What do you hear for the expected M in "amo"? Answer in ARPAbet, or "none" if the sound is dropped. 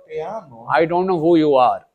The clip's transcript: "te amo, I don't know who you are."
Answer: none